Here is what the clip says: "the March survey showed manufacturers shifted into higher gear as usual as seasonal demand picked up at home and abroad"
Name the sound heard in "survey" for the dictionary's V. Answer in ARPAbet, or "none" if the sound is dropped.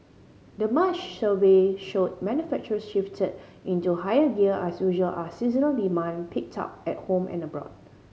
W